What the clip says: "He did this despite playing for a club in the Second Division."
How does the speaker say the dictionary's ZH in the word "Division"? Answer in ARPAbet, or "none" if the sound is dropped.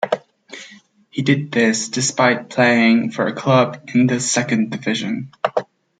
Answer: ZH